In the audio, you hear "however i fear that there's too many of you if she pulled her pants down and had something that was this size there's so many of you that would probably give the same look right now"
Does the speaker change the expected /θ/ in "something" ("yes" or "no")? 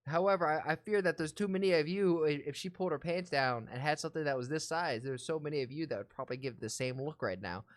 no